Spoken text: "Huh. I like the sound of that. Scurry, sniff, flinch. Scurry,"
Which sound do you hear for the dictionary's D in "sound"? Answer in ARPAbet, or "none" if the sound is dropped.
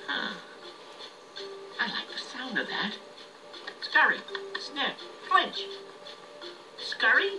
D